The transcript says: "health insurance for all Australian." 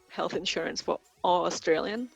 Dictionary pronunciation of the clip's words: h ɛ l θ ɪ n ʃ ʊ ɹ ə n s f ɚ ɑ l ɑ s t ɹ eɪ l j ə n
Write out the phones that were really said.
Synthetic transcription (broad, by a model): h ɛ l θ ɪ n ʃ ʊ ɹ ə n s f ɚ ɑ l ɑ s t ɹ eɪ l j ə n